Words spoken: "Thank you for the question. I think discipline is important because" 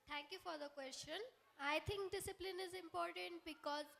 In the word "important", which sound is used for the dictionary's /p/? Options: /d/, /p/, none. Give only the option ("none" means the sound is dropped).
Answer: /p/